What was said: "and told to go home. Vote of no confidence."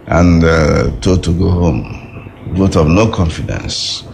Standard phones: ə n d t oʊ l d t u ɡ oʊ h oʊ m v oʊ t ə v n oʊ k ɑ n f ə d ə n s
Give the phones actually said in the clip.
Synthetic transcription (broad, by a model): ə n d t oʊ d t u ɡ oʊ h oʊ m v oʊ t ə v n oʊ k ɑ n f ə d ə n s